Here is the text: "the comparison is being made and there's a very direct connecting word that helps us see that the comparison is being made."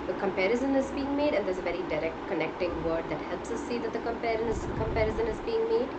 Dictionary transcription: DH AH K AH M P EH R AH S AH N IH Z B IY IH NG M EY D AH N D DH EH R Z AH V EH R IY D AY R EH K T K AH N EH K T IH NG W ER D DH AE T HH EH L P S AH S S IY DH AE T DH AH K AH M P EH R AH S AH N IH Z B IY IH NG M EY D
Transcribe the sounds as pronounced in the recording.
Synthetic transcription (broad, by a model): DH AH K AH M P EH R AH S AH N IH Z B IY IH NG M EY D AH N D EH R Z AH V EH R IY D AY R EH K T K AH N EH K T IH NG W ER D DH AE T HH EH L P S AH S S IY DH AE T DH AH K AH M P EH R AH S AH N IH Z B IY IH NG M EY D